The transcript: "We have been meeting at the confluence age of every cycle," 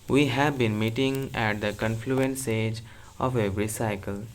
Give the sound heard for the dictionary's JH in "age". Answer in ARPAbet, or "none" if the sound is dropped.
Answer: JH